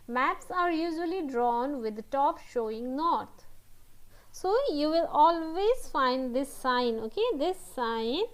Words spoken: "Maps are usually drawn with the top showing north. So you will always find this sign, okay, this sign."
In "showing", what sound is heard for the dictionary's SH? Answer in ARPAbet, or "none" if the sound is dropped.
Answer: SH